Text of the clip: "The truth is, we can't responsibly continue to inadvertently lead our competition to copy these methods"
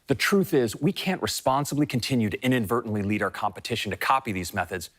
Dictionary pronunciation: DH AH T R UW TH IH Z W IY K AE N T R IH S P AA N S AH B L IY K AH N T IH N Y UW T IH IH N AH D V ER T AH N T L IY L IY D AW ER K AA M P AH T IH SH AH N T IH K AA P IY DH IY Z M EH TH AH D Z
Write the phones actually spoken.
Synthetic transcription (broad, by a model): DH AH T R UW TH IH Z W IY K AE N T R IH S P AA N S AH B L IY K AH N T IH N Y UW T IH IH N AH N V ER T N L IY L IY D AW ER K AA M P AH T IH SH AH N T IH K AA P IY DH IY Z M EH TH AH D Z